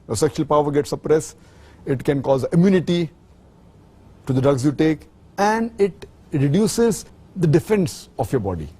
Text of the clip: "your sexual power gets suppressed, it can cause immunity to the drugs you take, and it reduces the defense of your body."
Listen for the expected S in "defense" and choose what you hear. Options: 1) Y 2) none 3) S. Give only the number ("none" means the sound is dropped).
3